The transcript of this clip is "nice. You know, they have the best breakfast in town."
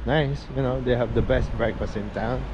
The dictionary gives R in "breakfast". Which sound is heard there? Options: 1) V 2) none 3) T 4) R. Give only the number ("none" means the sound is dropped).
4